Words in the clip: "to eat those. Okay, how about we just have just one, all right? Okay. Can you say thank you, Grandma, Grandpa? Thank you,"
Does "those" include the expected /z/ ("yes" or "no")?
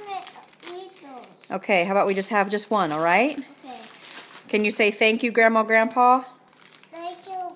no